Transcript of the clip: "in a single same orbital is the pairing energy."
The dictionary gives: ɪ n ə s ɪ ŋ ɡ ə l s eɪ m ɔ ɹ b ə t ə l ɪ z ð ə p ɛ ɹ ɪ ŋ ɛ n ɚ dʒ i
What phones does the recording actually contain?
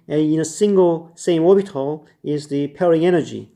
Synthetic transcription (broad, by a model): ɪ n ə s ɪ ŋ ɡ ə l s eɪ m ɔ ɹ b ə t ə l ɪ z ð ə p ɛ ɹ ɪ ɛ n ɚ dʒ i